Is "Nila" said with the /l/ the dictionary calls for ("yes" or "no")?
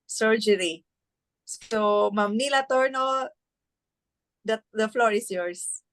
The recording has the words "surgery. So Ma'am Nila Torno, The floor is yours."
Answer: yes